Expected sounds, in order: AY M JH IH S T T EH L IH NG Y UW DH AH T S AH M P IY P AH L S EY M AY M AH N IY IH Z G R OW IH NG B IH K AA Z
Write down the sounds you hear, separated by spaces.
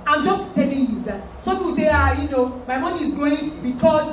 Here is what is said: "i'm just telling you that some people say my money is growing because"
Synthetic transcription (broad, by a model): AY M JH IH S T T EH L IH NG Y UW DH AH T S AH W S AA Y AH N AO M AY M AH N IY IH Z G OW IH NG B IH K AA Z